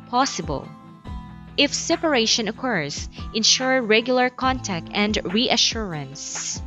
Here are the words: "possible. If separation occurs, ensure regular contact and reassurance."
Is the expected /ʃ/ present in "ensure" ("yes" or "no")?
yes